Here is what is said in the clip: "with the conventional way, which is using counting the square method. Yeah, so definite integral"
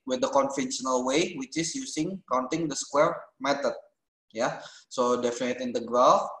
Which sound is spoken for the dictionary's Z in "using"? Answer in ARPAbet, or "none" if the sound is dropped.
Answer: S